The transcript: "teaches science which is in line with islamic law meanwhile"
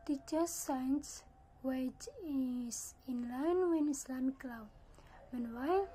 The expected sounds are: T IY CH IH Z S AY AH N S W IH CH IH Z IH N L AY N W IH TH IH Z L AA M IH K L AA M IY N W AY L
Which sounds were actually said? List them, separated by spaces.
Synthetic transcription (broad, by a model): T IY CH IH S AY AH N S W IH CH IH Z IH N L AY N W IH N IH S L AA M K L AA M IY N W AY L